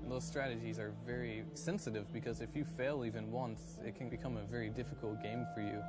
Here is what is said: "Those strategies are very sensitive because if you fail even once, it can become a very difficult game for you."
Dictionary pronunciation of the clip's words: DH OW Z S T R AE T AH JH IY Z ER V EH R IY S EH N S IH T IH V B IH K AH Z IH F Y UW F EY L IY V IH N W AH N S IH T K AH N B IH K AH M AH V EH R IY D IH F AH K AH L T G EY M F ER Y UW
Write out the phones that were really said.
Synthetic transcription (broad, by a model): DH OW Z S T R AE T AH JH IY Z ER V EH R IY S EH N S IH T IH V B IH K AH Z IH F Y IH F EY L IY V IH N W AH N S IH T K AH N B IH K AH M AH V EH R IY D IH F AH K L T G EY M F ER Y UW